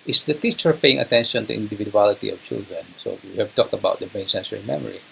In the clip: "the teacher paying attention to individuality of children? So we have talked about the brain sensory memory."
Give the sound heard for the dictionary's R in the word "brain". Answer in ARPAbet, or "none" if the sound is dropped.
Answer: none